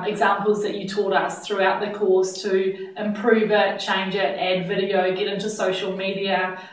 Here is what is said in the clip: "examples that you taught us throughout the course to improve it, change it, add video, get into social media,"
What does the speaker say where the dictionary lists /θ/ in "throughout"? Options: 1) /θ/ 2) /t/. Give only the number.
1